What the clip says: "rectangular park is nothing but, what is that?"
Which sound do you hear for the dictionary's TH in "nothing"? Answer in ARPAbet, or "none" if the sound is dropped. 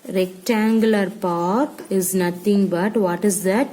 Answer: T